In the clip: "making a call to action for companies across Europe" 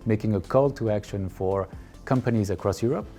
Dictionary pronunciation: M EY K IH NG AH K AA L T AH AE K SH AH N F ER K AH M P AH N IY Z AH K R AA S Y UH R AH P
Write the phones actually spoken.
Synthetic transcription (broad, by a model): M EY K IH NG AH K AA L T AH AE K SH AH N F ER K AH M P AH N IY Z AH K R AA S Y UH R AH P